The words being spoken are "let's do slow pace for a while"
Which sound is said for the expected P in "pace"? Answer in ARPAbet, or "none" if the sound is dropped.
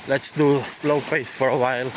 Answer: F